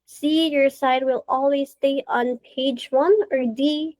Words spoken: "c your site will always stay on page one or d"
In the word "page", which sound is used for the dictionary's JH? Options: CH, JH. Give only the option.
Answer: JH